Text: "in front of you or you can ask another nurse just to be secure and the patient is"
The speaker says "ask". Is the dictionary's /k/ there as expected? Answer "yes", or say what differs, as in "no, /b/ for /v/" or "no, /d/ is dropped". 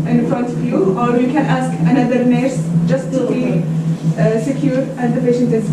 yes